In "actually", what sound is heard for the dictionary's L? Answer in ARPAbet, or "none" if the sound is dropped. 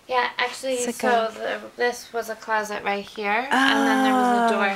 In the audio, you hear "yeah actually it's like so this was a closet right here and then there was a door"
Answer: L